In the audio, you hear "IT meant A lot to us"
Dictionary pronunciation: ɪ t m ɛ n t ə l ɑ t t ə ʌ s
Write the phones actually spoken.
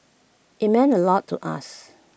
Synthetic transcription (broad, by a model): ɪ t m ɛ n ə l ɑ t t ə s